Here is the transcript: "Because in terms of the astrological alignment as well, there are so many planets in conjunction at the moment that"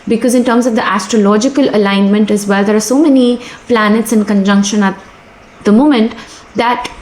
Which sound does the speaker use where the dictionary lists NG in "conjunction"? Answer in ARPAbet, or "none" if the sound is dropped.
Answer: NG